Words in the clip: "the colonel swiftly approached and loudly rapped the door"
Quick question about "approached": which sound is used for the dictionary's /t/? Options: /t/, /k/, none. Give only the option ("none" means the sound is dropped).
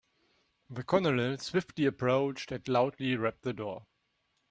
/t/